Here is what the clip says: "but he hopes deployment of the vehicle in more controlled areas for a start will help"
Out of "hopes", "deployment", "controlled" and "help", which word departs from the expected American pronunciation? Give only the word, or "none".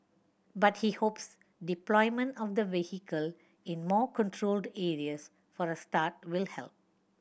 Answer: none